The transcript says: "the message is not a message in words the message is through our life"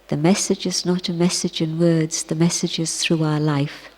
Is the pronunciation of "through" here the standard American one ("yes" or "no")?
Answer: yes